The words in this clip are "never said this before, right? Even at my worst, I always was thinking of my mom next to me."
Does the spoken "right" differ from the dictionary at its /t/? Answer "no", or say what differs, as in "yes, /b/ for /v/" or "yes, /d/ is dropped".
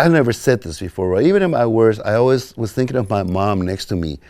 yes, /t/ is dropped